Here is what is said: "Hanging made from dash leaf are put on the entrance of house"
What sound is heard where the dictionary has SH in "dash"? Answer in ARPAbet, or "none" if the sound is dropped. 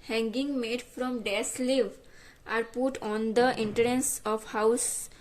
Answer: S